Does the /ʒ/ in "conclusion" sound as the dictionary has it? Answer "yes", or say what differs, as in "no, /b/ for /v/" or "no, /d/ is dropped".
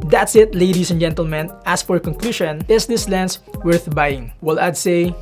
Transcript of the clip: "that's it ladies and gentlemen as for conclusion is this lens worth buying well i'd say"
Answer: no, /ʃ/ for /ʒ/